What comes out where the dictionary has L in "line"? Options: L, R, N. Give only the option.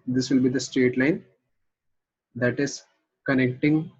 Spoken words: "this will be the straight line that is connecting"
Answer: L